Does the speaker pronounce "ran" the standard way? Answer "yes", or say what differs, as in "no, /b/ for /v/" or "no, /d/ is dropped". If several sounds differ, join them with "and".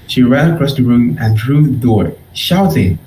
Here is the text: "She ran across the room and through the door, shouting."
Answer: no, /n/ is dropped